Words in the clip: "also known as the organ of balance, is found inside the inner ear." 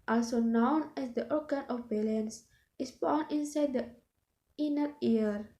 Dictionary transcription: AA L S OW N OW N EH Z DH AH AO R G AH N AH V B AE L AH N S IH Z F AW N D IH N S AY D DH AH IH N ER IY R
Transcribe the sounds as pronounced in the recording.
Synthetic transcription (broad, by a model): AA L S OW N OW N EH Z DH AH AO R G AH N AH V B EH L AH N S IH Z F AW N IH N S AY D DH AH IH N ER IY R